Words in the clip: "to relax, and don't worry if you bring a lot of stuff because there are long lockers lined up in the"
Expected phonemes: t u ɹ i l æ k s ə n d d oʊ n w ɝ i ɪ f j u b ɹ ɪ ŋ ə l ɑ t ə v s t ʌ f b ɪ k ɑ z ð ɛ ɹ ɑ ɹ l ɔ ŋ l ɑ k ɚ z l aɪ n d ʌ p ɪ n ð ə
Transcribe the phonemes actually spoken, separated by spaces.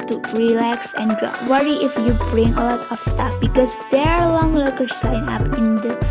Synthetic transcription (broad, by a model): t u ɹ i l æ k s ə n d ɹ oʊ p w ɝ i ɪ f j u b ɹ ɪ ŋ ə l ɑ t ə f s t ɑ f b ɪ k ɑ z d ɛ ɹ ɑ ɹ l ɔ ŋ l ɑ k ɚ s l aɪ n ɑ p ɪ n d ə